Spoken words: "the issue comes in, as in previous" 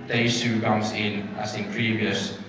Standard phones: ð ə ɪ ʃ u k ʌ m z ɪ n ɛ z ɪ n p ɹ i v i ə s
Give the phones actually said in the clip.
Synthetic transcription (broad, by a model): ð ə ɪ s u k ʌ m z ɪ n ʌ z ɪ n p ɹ i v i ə s